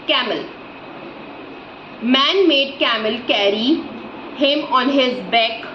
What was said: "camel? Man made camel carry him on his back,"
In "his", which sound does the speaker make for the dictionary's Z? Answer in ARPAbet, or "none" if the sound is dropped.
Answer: Z